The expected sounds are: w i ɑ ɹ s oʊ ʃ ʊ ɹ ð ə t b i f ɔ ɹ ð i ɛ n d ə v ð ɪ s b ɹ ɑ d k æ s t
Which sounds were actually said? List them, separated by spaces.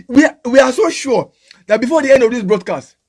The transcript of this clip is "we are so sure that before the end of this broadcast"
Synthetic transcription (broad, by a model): w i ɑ w s oʊ ʃ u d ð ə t b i f ɔ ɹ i ɛ n d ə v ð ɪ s b ɹ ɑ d k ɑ s t